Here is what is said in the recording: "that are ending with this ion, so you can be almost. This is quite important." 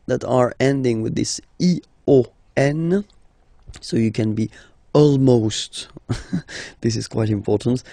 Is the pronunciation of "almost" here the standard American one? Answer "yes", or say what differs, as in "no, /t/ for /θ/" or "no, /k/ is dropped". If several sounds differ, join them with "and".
yes